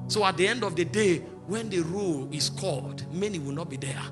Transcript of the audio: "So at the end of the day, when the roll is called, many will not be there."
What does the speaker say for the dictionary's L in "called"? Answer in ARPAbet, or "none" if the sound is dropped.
L